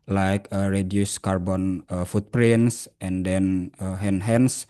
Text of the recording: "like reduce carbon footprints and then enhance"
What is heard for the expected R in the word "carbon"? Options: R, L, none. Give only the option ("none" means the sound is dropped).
R